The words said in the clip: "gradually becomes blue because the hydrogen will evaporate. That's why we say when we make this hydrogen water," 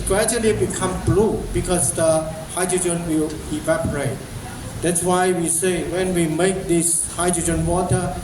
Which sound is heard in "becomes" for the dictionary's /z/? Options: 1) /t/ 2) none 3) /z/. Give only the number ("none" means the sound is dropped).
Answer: 2